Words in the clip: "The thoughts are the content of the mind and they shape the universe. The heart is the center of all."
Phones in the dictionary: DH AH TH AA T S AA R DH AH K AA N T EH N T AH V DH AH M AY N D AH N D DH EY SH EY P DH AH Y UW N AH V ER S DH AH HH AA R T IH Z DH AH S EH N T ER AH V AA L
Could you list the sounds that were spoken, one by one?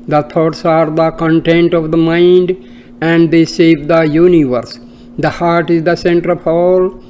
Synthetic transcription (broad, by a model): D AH T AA T S AA R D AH K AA N T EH N T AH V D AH M AY N D AH N D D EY S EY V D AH Y UW N AH V ER S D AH HH AA R T IH Z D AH S EH N T ER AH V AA L